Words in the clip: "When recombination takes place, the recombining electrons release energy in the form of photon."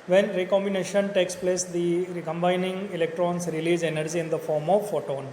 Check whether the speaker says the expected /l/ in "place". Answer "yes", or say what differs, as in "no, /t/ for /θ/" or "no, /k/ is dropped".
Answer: yes